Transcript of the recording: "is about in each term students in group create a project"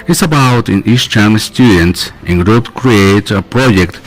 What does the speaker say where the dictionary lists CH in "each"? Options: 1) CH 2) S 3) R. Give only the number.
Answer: 2